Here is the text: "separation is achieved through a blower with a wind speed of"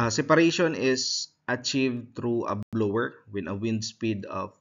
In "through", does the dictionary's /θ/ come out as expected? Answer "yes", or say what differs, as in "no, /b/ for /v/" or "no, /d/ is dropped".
no, /t/ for /θ/